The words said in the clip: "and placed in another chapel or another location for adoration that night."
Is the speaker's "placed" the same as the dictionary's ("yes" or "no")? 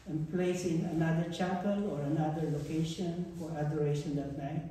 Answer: no